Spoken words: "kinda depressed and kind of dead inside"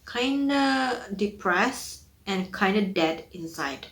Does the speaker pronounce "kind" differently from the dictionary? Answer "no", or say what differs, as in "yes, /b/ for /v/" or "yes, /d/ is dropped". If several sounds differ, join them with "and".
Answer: no